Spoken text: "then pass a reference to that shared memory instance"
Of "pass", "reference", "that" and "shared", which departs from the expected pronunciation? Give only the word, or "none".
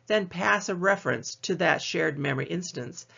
none